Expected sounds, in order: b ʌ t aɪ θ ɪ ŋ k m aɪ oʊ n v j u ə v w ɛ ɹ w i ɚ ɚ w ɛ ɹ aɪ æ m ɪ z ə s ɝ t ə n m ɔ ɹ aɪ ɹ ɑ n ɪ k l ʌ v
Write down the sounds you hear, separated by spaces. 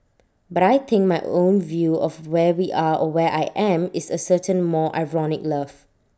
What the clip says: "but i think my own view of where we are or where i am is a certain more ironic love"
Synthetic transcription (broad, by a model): b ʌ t aɪ t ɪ ŋ k m aɪ oʊ n v j u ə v w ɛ w i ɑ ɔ w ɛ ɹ aɪ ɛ m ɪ s ə s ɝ t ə n m ɔ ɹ aɪ ɹ ɑ n ɪ k l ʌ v